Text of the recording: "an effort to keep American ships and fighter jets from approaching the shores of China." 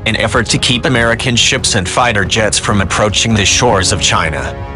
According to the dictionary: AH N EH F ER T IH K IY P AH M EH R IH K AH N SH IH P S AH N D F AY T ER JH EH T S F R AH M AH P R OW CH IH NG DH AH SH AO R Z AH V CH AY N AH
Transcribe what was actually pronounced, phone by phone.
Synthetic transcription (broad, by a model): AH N EH F ER T IH K IY P AH M EH R IH K AH N SH IH P S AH N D F AY T ER JH EH T S F R AH M AH P R OW CH IH NG DH AH SH AO R Z AH V CH AY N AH